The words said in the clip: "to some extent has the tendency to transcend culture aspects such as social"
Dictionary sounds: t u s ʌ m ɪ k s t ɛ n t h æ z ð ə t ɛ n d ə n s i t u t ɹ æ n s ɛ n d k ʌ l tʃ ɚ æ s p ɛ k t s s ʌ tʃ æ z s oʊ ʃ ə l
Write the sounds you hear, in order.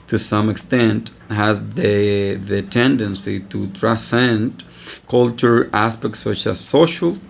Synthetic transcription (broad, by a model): t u s ʌ m ɪ k s t ɛ n t h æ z ð ə t ɛ n d ə n s i t u t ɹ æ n s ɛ n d k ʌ l tʃ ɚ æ s p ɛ k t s s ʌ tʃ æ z s oʊ ʃ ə l